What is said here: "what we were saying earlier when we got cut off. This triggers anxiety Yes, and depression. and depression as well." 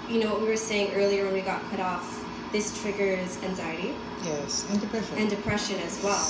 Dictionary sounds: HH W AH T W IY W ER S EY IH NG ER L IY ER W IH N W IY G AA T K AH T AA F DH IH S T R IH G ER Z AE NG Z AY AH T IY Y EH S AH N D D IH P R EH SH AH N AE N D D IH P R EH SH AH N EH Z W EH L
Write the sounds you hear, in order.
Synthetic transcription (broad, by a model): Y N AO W W IY W ER S EY IH NG ER L IY ER W IH N W IY G AA T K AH T AA F DH IH S T R IH G ER Z AE NG Z AY AH T IY Y EH S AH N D D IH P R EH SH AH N N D D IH P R EH SH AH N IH Z W EH L